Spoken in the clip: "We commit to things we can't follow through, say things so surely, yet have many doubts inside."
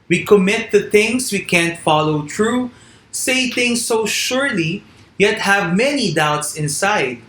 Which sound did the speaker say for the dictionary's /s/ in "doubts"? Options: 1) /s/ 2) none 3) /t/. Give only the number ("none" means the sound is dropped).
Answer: 1